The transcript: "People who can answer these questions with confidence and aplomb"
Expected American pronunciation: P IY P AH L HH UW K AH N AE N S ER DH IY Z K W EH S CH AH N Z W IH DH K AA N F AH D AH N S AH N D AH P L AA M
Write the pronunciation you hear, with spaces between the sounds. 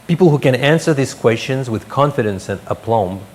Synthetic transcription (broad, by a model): P IY P L HH UW K AH N AE N S ER DH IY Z K W EH S CH AH N Z W IH DH K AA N F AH D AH N S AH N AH P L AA M